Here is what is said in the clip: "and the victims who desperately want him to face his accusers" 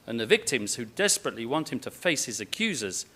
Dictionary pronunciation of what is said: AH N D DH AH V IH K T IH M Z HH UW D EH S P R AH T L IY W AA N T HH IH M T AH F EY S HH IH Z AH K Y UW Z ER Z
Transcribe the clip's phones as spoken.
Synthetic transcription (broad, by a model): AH N DH AH V IH K T IH M Z HH UW D EH S P R AH T L IY W AA N T HH IH M T AH F EY S HH IH Z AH K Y UW Z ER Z